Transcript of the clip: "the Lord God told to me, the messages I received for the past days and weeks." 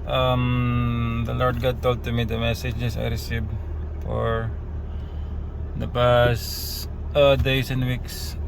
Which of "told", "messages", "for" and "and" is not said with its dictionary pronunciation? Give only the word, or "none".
messages